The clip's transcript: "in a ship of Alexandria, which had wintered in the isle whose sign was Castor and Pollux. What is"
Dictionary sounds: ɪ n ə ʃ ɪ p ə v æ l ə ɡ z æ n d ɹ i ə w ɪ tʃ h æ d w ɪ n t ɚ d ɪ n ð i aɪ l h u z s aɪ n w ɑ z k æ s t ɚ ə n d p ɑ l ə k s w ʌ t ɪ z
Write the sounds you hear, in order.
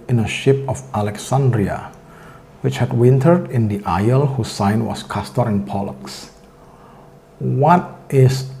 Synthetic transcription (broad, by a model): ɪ n ə ʃ ɪ p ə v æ l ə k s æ n d ɹ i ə w ɪ tʃ h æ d w ɪ n t ɚ d ɪ n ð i aɪ l h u s aɪ n w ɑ s k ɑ s t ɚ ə n p ɑ l ə k s w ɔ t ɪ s